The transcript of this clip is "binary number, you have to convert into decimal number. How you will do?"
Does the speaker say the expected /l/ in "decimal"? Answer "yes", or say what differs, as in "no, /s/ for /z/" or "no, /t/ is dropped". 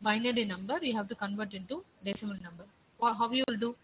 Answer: no, /n/ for /l/